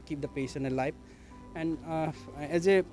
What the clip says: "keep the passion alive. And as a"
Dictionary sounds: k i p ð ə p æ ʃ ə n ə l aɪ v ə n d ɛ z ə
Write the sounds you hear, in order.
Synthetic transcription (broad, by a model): k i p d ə p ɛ s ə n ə l aɪ p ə n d ɛ z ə